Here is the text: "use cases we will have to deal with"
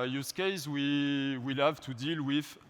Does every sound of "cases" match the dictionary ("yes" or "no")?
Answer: no